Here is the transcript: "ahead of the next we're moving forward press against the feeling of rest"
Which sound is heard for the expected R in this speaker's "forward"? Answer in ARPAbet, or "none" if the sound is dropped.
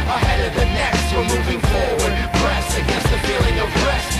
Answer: L